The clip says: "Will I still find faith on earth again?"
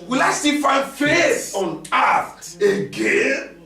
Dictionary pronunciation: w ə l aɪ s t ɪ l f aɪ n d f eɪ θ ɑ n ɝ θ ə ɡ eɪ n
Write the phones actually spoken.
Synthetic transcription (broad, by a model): w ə l aɪ s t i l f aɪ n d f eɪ s ɑ n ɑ t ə ɡ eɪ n